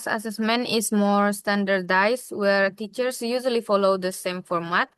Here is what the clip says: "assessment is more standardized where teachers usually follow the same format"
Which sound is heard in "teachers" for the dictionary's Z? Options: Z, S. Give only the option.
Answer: S